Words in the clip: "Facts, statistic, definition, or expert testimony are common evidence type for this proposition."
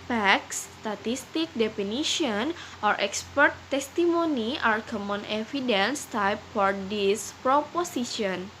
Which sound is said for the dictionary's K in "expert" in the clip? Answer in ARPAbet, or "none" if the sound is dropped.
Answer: K